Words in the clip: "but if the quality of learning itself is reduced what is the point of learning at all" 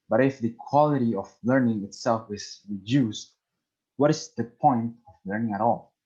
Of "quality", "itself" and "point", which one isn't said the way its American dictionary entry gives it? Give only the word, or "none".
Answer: none